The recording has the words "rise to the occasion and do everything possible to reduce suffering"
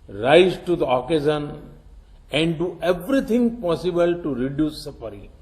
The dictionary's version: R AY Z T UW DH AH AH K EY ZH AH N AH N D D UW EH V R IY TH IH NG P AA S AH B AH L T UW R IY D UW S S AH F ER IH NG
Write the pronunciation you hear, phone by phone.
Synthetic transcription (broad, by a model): R AY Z T UW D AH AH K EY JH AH N AH N D D UW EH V R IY T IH NG P AA S AH B AH L T UW R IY D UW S S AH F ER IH